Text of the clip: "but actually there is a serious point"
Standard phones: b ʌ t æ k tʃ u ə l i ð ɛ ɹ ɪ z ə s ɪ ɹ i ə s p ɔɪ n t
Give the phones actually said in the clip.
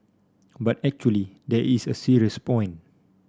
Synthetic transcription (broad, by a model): b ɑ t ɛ k tʃ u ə l i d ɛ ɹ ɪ s ə s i ɹ i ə s p ɔɪ n